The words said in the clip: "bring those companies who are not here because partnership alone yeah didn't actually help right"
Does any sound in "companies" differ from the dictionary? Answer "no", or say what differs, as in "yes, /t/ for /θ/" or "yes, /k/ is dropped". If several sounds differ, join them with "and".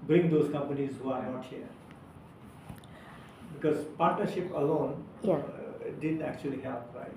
no